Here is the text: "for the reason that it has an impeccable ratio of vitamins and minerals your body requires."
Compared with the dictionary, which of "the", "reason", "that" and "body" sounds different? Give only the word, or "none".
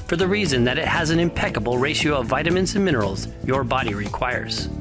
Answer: none